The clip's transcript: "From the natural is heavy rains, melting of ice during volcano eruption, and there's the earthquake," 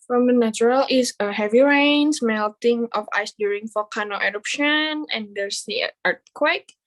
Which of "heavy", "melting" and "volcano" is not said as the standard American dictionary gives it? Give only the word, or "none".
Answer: volcano